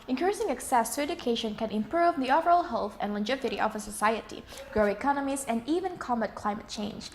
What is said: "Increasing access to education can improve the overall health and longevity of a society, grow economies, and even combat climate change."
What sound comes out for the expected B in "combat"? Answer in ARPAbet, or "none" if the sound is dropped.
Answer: none